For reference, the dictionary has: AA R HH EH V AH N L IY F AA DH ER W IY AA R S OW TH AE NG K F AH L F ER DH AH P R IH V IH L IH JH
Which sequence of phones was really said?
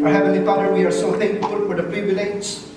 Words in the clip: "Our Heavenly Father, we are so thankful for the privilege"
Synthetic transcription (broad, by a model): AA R HH EH V AH N L IY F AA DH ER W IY AA R S OW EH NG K AH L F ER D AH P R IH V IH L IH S